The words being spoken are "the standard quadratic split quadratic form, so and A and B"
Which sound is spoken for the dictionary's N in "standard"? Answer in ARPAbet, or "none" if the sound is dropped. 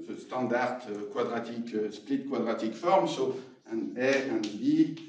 none